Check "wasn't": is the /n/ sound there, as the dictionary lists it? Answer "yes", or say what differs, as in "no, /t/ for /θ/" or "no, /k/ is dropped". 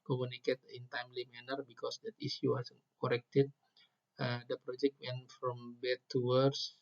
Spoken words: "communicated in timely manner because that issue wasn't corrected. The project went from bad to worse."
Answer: no, /n/ is dropped